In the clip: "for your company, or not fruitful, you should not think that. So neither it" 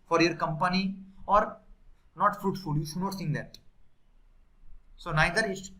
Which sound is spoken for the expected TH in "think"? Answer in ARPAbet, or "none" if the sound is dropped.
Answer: S